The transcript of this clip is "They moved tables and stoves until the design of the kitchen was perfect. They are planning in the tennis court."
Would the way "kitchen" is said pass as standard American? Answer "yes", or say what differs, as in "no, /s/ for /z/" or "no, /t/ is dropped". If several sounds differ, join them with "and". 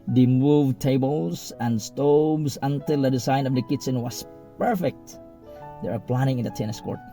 no, /s/ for /tʃ/